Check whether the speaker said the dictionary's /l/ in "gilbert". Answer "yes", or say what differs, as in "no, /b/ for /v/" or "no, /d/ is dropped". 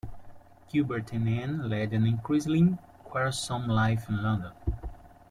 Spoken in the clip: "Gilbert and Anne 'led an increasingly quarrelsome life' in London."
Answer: no, /l/ is dropped